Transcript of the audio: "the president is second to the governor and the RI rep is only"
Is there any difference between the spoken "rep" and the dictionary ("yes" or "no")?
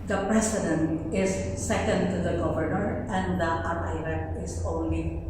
yes